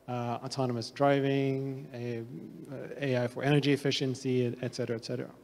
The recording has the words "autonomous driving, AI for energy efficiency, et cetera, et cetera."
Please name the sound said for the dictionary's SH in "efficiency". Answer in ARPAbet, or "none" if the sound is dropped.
SH